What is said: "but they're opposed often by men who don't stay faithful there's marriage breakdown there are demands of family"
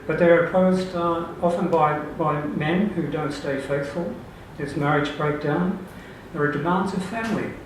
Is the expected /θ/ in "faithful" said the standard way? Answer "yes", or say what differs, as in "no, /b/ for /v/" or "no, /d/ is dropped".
yes